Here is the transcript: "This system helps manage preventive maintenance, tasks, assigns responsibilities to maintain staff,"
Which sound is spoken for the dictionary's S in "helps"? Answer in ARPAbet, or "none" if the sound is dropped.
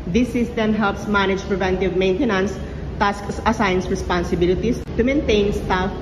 S